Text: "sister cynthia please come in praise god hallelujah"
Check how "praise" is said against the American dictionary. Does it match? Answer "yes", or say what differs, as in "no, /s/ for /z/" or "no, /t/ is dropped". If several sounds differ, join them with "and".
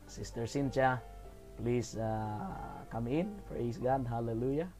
no, /s/ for /z/